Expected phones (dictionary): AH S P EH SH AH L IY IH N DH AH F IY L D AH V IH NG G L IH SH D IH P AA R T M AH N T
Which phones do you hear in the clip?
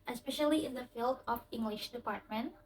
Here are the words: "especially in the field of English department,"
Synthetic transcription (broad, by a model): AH S P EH SH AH L IY IH N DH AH F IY L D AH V IH NG G L IH SH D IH P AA R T M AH N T